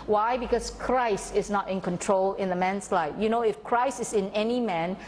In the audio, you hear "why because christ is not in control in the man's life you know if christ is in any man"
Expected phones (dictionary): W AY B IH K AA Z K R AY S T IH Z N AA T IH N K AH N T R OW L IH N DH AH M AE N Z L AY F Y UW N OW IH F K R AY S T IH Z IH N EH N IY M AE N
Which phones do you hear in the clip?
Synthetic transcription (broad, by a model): W AY B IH K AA S K R AY S T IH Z N AA T IH N K AH N T R OW L IH N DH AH M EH N S L AY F Y UW N OW IH F K R AY S T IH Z IH N EH N IY M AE N